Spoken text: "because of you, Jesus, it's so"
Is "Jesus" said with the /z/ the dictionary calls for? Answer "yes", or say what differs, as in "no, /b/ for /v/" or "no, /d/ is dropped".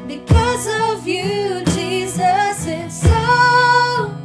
yes